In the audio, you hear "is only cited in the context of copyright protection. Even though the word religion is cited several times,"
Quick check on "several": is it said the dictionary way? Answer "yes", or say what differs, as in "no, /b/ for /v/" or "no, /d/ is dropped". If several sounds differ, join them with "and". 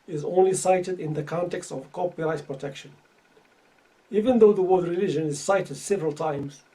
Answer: yes